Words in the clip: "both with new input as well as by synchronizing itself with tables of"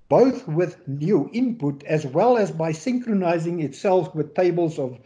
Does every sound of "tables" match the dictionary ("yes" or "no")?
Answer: yes